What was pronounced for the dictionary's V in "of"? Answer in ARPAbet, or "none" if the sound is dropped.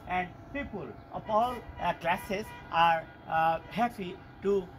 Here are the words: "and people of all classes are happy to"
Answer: P